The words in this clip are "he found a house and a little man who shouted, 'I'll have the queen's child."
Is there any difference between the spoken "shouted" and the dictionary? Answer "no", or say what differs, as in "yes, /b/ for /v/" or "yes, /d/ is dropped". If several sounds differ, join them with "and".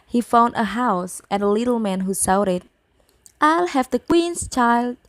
yes, /s/ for /ʃ/